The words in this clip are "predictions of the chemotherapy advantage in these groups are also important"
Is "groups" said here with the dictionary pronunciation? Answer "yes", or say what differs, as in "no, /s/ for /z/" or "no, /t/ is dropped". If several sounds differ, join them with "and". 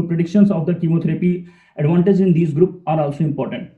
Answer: no, /s/ is dropped